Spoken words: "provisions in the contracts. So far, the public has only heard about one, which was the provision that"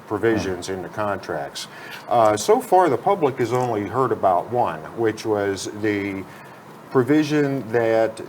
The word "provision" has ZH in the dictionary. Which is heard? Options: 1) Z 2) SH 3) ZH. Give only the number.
3